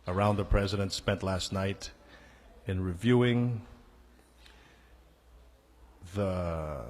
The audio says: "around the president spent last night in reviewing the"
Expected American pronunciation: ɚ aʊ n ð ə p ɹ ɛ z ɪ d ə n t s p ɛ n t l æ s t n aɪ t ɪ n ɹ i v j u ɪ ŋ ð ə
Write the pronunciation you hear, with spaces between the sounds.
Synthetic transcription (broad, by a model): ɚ aʊ n ð ə p ɹ ɛ z ɪ d ə n t s p ɛ n t l æ s t n aɪ t ɪ n ɹ i v j u ɪ ŋ ð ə